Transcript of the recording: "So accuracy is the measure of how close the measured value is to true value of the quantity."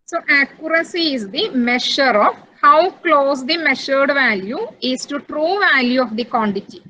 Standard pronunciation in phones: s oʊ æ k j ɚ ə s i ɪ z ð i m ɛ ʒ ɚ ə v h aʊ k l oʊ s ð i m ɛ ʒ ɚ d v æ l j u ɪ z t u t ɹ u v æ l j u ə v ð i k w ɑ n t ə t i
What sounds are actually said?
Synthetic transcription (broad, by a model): s oʊ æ k j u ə s i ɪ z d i m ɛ ʃ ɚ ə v h aʊ k l oʊ s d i m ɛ ʃ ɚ d v æ l j u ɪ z t u t ɹ u v æ l j u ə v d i k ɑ n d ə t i